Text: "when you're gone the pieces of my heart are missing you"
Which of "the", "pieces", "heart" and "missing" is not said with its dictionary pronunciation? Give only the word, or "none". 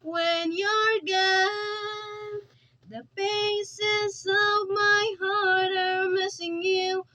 pieces